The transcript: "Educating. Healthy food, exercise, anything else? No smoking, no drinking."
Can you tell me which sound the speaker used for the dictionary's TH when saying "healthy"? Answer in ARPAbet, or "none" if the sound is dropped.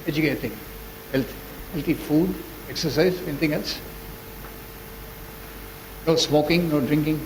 T